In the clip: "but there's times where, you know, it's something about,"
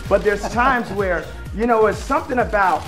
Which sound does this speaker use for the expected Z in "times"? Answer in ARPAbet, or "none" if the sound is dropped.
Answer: Z